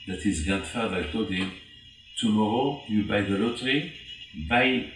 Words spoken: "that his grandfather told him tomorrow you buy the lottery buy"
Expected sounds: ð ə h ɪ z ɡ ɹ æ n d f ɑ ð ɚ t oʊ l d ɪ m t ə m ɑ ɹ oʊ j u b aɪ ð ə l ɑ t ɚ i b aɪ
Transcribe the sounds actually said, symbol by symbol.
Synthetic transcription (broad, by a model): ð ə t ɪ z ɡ æ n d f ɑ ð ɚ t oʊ d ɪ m t ə m ɑ ɹ oʊ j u b aɪ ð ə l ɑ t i b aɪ